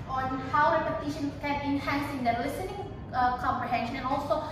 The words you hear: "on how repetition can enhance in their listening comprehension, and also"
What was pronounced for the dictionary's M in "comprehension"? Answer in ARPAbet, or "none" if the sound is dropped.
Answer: M